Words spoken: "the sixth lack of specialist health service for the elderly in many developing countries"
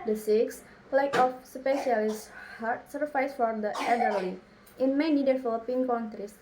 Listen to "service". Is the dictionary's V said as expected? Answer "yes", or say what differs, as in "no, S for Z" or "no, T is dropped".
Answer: no, F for V